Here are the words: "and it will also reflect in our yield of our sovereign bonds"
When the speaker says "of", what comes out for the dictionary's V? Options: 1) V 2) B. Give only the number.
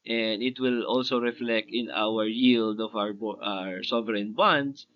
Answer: 2